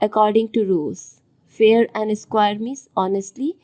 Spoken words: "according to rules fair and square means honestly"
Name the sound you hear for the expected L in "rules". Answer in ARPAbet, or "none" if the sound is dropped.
none